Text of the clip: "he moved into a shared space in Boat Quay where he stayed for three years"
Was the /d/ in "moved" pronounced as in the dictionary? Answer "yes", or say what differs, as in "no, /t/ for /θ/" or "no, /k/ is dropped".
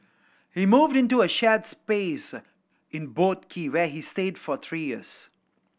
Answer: yes